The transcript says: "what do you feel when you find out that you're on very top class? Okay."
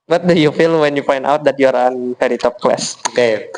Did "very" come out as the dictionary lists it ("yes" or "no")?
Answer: no